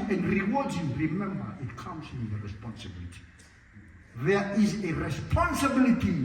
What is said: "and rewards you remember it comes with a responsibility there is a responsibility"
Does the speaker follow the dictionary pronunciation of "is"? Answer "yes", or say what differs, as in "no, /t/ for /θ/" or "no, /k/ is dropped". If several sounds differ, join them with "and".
yes